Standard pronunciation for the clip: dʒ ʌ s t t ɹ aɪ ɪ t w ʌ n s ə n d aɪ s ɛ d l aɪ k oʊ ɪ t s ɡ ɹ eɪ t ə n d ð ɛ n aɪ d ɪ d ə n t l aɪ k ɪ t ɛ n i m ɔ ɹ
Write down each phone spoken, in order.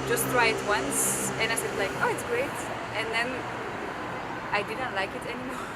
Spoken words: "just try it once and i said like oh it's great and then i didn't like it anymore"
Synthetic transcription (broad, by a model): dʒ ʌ s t t ɹ aɪ ɪ t w ʌ n s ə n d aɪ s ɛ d l aɪ k oʊ ɪ t s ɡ ɹ eɪ t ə n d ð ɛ n aɪ d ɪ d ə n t l aɪ k ɪ t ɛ n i m ɔ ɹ